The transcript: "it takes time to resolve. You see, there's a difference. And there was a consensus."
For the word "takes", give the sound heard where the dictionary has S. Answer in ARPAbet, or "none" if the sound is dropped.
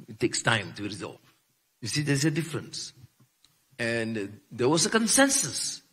S